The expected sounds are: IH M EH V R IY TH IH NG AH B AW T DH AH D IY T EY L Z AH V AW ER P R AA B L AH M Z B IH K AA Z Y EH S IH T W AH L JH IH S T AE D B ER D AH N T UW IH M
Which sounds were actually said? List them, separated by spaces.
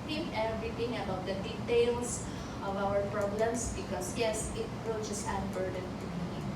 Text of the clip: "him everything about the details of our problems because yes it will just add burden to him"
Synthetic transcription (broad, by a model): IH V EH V R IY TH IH NG AH B AW T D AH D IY T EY L S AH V AW ER P R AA B L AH M S B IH K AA S Y EH S IH T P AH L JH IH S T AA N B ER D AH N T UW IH